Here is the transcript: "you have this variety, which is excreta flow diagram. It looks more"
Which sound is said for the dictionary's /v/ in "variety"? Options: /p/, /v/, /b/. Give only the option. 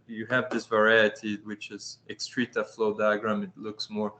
/v/